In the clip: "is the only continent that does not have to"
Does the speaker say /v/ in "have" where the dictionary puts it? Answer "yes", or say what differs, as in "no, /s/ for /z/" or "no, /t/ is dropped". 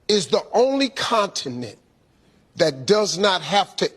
no, /f/ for /v/